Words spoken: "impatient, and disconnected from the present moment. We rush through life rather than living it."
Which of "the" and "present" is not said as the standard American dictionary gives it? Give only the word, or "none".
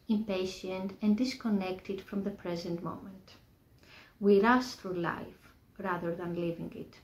none